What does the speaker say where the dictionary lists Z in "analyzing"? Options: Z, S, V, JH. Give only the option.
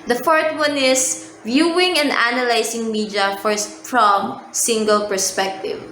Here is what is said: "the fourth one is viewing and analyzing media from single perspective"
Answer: S